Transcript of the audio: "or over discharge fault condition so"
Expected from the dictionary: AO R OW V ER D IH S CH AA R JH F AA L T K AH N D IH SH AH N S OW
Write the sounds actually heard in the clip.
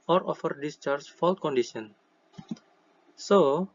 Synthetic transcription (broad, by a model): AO R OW F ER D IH S CH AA R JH F AA L T K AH N D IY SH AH N S OW